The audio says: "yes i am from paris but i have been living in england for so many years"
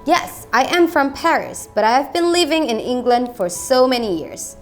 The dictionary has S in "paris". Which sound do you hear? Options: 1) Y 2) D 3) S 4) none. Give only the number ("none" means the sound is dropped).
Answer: 3